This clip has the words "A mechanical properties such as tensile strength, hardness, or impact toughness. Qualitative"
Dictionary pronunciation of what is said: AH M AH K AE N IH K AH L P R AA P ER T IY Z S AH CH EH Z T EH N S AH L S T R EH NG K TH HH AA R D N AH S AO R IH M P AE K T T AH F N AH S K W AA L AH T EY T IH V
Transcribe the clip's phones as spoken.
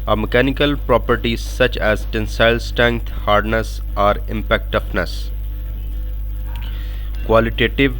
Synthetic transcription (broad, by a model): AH M AH K AE N IH K AH L P R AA P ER T IY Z S AH CH EH Z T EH N S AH L S T R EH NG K T HH AA R D N AH S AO R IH M P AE K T T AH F N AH S K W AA L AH T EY T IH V